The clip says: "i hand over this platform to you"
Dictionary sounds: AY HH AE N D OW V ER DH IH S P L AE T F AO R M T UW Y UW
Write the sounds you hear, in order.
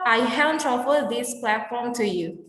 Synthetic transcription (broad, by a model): AY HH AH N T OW F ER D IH S P L AE T F AO R M T UW Y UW